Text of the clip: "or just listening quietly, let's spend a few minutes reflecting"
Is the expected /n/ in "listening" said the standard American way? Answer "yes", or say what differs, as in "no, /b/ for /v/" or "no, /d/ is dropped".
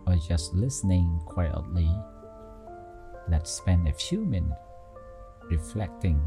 yes